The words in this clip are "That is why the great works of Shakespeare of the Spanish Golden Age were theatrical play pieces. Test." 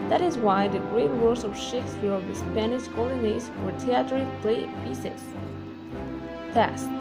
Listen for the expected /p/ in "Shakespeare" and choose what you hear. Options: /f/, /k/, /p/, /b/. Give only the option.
/f/